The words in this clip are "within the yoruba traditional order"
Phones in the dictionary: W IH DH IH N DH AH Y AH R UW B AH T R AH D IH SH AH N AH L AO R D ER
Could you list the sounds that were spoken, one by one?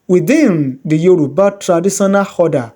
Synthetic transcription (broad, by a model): W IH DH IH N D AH Y AH R UW B AH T R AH D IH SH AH N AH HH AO D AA